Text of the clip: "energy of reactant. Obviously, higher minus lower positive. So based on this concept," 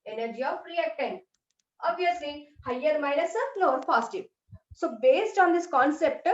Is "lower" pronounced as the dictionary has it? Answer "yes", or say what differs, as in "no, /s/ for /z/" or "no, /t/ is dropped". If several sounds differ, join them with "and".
no, /n/ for /l/